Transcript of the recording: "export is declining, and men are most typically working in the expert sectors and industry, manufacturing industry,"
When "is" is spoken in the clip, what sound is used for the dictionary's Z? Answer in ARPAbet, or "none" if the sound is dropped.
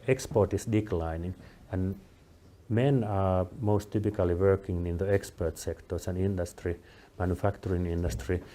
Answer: S